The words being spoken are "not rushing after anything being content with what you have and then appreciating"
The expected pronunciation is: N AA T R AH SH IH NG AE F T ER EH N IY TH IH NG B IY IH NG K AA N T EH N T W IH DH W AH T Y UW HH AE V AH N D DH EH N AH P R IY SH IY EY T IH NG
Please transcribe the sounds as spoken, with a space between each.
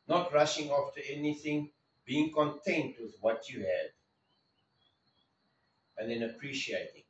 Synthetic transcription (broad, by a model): N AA T R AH SH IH NG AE F T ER EH N IY TH IH NG B IY IH NG K AA N T EH N T W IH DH W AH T Y UW HH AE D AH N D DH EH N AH P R IY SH IY EY T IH NG